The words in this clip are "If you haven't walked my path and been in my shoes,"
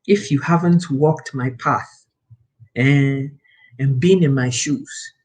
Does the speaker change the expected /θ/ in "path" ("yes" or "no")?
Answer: no